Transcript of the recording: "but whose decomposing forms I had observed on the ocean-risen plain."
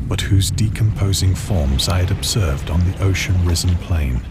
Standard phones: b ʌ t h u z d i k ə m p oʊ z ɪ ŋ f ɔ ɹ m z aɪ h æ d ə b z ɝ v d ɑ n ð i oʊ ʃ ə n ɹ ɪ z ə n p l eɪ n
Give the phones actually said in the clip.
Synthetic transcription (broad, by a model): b ʌ t h u z d i k ə m p oʊ z ɪ ŋ f ɔ ɹ m z aɪ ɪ d ə b z ɝ v d n ð i oʊ ʃ ə n ɹ ɪ z ə n p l eɪ n